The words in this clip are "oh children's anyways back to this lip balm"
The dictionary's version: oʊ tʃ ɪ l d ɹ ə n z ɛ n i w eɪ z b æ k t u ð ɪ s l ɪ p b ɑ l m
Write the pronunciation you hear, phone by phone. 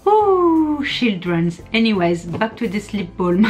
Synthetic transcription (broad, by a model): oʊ ʃ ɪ l d ɹ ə n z ɛ n i w eɪ z b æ k t u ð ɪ s l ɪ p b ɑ l m